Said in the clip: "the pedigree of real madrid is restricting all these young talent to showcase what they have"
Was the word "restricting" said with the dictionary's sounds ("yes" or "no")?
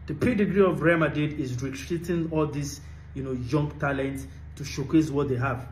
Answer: no